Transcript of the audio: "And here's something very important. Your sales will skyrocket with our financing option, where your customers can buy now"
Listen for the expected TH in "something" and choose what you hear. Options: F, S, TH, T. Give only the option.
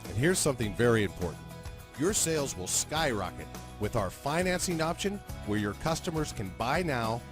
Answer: TH